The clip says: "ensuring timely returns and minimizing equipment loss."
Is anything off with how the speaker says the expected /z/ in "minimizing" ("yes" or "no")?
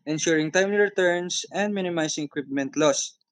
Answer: yes